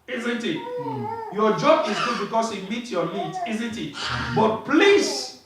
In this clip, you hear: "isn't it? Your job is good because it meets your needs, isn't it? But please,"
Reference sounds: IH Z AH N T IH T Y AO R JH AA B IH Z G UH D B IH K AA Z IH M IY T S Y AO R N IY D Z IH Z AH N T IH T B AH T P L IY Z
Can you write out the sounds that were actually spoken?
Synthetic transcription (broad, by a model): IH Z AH N T IH T Y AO JH AA B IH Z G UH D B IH K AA S IH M IY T Y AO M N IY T IH Z AH N T IH T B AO T P L IY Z